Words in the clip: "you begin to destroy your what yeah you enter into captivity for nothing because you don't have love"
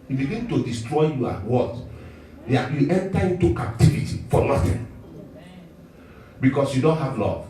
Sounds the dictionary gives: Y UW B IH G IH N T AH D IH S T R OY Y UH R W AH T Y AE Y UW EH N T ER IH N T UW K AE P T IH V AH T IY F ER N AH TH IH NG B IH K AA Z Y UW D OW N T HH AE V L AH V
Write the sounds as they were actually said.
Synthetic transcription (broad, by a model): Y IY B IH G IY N T AH D IH S T R OY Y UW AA W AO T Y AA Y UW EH N T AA IH N T UW K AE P T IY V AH T IY F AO N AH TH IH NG B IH K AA S Y UW D OW N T HH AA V L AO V